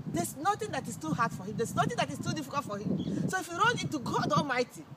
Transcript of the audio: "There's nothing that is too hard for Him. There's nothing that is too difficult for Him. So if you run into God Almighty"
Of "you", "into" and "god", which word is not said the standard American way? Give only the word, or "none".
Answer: into